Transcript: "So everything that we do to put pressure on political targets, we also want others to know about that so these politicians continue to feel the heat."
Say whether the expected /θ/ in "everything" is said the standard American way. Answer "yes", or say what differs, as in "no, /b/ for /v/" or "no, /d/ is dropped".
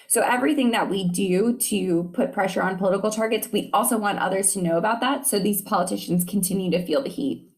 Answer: yes